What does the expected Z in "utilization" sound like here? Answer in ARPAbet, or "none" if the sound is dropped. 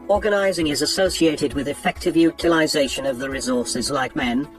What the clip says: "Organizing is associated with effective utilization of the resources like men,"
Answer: Z